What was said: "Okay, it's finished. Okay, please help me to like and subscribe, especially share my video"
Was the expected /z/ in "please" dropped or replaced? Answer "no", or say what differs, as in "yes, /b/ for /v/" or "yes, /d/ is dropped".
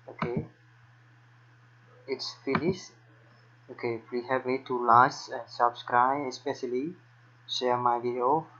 yes, /z/ is dropped